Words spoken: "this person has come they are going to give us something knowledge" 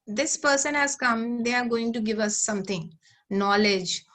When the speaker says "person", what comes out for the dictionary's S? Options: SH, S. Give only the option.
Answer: S